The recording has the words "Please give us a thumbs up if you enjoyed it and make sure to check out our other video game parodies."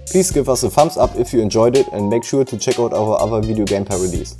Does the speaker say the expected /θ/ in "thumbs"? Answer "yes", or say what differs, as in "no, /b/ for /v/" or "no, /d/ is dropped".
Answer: no, /f/ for /θ/